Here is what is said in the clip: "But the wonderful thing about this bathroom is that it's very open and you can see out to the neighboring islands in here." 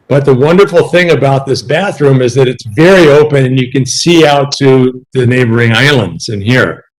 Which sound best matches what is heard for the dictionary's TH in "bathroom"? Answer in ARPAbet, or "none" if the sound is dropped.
TH